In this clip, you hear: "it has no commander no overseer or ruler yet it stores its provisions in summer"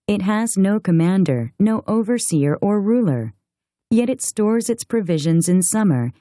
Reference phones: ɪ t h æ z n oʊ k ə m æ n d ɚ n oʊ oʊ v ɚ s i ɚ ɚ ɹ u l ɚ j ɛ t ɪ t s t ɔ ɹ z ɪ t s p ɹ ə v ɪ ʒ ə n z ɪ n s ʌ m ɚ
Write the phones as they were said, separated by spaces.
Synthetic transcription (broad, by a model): ɪ t h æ z n oʊ k ə m æ n d ɚ n oʊ oʊ v ɚ s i ɚ ɚ ɹ u l ɚ j ɛ t ɪ t s t ɔ ɹ z ɪ t s p ɹ ə v ɪ ʒ ə n z ɪ n s ʌ m ɚ